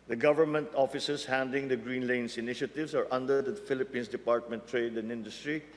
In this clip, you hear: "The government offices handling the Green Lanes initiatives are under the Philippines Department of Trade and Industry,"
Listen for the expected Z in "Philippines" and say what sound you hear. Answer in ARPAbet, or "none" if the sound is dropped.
S